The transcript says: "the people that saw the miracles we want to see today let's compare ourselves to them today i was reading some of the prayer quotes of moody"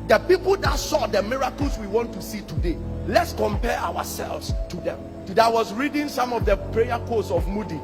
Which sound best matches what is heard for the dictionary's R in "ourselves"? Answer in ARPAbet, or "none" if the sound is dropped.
W